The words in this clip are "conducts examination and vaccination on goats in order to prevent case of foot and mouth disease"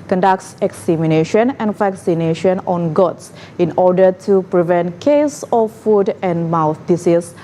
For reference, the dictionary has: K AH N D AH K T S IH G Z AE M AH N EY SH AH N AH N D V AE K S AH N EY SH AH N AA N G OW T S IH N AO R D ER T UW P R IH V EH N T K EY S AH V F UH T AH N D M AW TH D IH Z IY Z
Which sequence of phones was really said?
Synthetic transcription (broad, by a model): K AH N D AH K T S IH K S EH M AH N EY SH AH N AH N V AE K S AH N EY SH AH N AA N G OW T S IH N AO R D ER T UW P R IH V EH N T K EY S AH F F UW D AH N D M AW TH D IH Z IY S